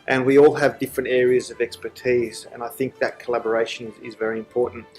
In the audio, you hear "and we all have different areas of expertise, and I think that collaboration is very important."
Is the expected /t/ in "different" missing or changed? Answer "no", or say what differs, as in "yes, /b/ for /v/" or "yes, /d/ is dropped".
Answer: no